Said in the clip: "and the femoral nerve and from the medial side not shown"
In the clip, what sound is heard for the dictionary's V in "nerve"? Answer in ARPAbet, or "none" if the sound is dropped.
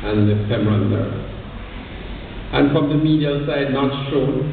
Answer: none